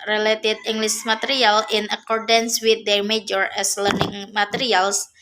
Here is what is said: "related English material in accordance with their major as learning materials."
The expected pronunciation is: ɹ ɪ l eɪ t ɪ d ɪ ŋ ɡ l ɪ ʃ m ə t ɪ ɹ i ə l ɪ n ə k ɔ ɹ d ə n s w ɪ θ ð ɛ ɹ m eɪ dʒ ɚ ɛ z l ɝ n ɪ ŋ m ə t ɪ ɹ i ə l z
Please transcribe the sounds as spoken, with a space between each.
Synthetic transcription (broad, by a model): ɹ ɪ l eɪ t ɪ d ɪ ŋ ɡ l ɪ s m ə t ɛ ɹ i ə l ɪ n ə k ɔ ɹ d ə n s w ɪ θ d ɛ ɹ m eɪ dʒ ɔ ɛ s l ɝ n ɪ ŋ m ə t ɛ ɹ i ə l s